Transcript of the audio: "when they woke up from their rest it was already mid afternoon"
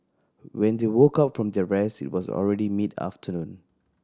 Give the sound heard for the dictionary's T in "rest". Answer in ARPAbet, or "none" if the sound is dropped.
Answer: none